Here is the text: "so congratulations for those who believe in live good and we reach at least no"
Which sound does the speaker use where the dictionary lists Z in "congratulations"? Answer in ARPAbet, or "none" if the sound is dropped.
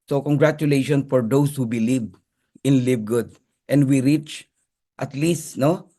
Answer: none